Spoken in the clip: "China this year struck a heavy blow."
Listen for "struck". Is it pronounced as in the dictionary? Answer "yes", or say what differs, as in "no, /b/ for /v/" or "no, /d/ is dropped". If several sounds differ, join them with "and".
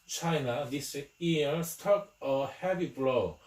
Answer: no, /ɹ/ is dropped